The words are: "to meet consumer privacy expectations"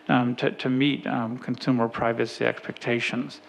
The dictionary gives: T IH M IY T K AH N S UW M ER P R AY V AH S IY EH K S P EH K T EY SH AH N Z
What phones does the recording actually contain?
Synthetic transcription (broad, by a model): T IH M IY T K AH N S UW M ER P R AY V AH S IY EH K S P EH K T EY SH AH N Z